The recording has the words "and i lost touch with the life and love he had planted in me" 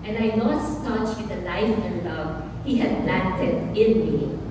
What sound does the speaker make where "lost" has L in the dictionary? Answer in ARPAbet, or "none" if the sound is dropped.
N